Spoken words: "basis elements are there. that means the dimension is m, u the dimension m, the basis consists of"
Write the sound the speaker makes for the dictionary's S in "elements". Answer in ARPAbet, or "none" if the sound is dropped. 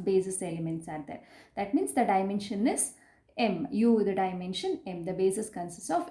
S